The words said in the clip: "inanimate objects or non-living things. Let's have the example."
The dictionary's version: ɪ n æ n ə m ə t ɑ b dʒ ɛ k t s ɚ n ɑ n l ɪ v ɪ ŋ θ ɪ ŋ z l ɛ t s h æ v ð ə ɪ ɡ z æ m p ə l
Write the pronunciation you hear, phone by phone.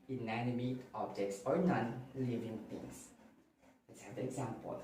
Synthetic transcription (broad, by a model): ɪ n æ n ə m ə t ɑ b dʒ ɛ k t s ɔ n ɑ n l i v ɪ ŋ t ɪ ŋ s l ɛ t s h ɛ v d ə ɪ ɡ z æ m p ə l